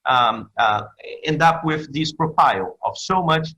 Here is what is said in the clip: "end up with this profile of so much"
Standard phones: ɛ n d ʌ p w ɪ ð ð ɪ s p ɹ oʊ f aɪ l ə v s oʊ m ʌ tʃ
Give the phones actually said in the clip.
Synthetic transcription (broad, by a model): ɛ n d ʌ p w ɪ ð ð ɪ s p ɹ oʊ f aɪ l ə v s oʊ m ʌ tʃ